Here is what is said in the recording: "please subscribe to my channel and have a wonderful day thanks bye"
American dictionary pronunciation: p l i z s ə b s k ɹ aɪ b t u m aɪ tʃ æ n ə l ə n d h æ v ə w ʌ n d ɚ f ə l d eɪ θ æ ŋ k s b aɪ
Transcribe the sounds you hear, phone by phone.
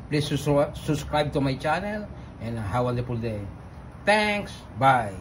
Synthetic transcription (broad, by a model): p l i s s ə b s k ɹ aɪ b t u m aɪ tʃ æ n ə l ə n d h ə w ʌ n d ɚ p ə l d eɪ t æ ŋ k s b aɪ